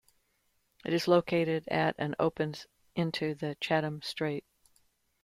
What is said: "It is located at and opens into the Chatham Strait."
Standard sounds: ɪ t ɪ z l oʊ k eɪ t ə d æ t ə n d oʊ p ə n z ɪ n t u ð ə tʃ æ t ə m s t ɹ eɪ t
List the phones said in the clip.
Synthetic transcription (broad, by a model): ɪ t ɪ z l oʊ k eɪ t ə d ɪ t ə n oʊ p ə n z ɪ n t u ð ə tʃ æ t ə m s t ɹ eɪ t